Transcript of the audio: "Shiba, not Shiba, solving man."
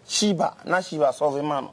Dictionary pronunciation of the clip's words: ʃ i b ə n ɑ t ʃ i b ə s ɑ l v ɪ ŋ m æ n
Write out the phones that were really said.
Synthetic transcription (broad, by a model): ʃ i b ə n ɑ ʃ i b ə s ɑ v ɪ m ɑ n